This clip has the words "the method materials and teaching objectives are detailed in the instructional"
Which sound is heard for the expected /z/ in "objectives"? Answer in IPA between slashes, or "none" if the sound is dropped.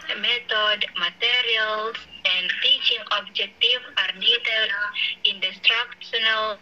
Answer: none